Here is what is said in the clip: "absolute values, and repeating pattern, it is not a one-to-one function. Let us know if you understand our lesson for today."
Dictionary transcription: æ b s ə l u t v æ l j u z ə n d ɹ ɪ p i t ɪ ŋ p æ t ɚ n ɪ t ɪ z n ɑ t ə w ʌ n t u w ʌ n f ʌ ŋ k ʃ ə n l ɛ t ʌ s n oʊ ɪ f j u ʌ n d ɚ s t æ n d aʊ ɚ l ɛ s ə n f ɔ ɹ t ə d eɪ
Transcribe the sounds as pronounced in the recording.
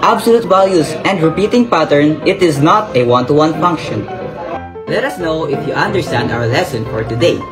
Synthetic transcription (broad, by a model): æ b s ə l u t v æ l j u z ə n d ɹ ɪ p i t ɪ ŋ p æ t ɚ n ɪ t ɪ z n ɑ t ə w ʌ n t u w ʌ n f ʌ ŋ k ʃ ə n l ɛ t ʌ s n oʊ ɪ f j u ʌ n d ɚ s t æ n d aʊ ɚ l ɛ s ə n f ɔ ɹ t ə d eɪ